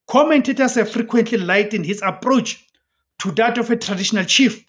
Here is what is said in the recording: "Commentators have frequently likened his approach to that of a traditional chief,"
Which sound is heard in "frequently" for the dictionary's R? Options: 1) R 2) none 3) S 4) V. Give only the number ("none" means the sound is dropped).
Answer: 1